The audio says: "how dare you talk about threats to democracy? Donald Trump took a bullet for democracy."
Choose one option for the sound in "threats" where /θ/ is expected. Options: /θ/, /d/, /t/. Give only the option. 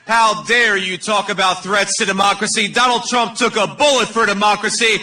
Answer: /θ/